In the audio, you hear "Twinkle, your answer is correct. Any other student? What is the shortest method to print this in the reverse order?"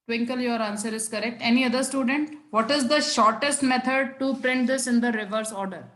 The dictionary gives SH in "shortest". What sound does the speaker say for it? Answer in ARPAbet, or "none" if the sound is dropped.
SH